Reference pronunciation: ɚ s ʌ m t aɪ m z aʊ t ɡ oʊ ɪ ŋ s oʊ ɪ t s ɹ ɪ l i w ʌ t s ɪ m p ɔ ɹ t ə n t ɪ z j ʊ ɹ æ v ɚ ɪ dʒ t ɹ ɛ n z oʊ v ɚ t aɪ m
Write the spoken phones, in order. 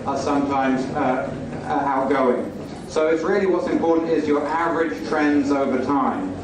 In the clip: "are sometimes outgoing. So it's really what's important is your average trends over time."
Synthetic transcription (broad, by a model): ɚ s ʌ m t aɪ m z aʊ t ɡ oʊ ɪ ŋ s oʊ ɪ t s ɹ ɪ l i w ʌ t s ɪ m p ɔ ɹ t n t ɪ z j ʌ ɹ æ v ɚ ɪ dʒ t ɹ ɛ n z oʊ v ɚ t aɪ m